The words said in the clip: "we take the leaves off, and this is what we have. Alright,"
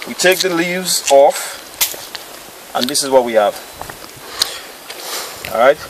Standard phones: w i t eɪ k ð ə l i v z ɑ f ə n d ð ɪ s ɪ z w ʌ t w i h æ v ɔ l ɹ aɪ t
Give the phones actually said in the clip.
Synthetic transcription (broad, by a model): w i t eɪ k ð ə l i v z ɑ f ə n ð ɪ s ɪ z w ʌ t w i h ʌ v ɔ ɹ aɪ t